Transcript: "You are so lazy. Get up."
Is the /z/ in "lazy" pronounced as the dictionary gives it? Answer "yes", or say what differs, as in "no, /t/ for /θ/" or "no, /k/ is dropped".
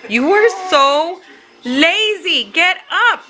yes